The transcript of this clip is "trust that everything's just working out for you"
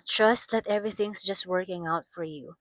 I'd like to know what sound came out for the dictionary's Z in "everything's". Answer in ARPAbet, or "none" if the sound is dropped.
S